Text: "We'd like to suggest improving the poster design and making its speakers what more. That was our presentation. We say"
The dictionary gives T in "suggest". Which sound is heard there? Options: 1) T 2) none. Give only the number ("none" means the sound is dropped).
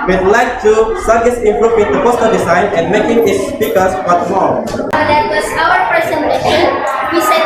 2